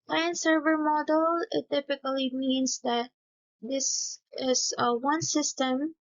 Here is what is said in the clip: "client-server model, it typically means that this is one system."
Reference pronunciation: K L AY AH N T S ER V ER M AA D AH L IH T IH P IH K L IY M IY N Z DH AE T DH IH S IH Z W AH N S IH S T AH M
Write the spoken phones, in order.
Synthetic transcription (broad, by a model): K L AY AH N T S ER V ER M AA D AH L IH T IH P IH K L IY M IY N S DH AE T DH IH S IH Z W AH N S IH S T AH M